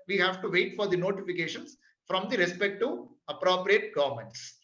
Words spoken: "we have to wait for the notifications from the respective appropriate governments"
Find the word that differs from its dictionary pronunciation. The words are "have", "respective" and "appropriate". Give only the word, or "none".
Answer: respective